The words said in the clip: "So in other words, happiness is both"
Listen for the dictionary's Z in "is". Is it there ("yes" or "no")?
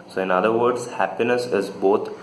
yes